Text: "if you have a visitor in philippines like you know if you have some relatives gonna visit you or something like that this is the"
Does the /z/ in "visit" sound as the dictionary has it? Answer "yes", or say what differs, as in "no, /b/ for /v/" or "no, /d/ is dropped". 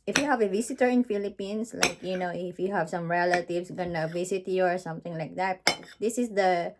no, /s/ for /z/